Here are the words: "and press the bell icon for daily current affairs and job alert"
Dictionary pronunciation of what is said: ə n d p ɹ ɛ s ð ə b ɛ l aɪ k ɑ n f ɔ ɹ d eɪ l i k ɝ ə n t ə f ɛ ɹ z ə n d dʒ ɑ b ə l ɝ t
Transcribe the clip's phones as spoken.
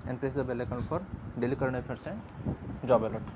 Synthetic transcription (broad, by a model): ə n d p ɹ ɛ s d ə b ɛ l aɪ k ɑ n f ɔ ɹ d eɪ l i k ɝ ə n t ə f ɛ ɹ s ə dʒ ɑ b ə l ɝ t